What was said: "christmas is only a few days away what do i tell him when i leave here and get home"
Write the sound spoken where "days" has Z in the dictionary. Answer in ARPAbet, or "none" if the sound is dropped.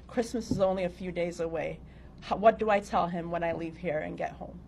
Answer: Z